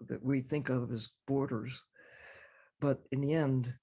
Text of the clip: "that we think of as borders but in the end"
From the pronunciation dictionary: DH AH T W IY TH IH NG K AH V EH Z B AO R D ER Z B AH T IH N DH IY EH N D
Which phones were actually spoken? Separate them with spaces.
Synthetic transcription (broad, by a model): DH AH T W IY TH IH NG K AH V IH Z B AO R D ER Z B AH T IH N DH IY EH N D